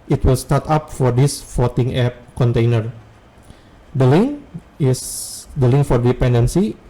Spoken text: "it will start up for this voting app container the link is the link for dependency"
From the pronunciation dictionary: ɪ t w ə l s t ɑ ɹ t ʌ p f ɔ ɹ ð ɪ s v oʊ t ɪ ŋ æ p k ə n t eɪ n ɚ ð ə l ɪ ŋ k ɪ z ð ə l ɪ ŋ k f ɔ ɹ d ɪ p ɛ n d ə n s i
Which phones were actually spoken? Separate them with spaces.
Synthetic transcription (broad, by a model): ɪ t w ə l s t ɑ ɹ t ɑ p f ɔ ɹ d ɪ s f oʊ t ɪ ŋ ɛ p k ə n t eɪ n ɚ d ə l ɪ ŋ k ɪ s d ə l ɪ ŋ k f ɔ ɹ d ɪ p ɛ n d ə n s i